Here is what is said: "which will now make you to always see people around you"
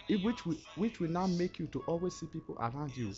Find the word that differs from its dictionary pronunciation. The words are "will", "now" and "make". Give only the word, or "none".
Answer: will